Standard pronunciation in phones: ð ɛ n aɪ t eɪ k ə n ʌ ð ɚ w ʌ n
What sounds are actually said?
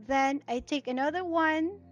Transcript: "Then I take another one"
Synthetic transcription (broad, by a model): ð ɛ n aɪ t eɪ k ə n ʌ ð ɚ w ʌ n